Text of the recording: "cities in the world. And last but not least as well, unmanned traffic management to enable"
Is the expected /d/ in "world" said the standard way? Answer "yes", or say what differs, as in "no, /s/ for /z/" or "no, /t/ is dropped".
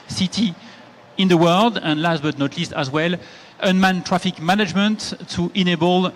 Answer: yes